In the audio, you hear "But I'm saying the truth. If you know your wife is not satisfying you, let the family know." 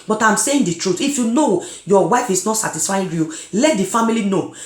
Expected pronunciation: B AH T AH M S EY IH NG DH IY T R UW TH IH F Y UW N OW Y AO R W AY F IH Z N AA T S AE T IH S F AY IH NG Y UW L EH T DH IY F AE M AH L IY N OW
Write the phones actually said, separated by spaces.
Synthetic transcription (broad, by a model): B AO T AH M S EY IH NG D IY T R UW T IH F Y UW N OW Y AO W AY F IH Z N AA T S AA T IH S F AY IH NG Y UW L EH T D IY F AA M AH L IY N OW